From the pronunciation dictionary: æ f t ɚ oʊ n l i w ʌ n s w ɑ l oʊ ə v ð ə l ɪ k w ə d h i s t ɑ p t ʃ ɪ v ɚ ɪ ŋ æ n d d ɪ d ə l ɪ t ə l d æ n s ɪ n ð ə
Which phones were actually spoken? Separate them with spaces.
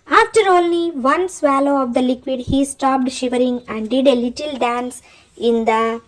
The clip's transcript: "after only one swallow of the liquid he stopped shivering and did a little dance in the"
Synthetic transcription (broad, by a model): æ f t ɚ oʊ l i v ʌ n s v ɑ l oʊ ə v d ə l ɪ k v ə d h i s t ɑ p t ʃ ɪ v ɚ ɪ ŋ æ n d d ɪ d ə l ɪ t ə l d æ n s ɪ n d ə